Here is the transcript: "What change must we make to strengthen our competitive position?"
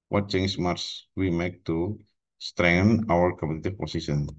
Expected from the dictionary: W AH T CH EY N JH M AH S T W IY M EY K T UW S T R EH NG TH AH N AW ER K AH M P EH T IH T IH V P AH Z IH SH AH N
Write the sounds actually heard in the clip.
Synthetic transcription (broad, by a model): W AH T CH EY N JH M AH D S W IY M EY K T UW S T R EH NG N AW ER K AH P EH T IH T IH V P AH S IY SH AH N